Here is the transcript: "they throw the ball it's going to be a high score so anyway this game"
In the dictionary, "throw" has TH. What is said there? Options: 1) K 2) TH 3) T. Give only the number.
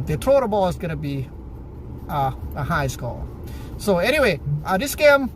3